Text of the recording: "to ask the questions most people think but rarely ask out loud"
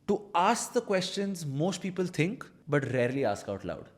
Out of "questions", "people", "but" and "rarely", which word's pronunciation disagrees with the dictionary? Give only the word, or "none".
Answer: none